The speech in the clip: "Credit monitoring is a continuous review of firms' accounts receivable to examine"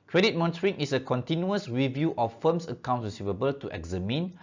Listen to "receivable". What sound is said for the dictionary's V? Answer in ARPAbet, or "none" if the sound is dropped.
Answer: V